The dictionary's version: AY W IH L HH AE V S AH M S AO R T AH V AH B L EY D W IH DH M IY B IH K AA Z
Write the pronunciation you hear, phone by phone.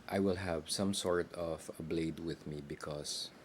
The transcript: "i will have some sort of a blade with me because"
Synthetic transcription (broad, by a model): AY W IH L HH AE V S AH M S AO R T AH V AH B L EY D W IH DH M IY B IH K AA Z